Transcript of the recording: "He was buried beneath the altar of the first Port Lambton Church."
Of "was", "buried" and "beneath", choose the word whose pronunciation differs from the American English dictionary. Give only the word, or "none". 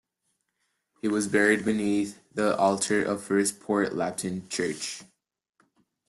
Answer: none